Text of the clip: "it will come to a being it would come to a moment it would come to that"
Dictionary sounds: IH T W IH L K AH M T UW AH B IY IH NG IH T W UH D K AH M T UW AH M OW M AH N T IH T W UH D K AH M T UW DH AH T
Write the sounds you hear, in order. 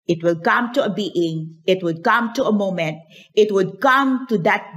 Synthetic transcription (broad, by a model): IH T W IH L K AH M T UW AH B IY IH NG IH T W UH D K AH M T UW AH M OW M AH N T IH T W UH D K AH M T UW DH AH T